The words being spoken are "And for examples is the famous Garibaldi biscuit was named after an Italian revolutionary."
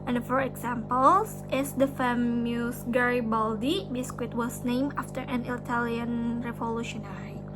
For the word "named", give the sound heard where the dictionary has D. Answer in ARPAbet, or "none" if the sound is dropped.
none